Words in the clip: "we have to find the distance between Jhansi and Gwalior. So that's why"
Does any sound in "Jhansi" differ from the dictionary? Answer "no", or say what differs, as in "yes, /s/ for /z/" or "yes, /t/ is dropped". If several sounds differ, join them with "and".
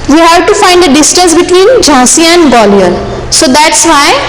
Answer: yes, /n/ is dropped